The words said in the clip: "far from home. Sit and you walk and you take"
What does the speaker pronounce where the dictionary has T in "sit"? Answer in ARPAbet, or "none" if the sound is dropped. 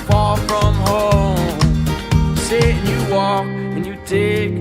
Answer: none